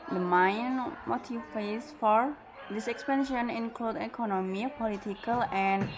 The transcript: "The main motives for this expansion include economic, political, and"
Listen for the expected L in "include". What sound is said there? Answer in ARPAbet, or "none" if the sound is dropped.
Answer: L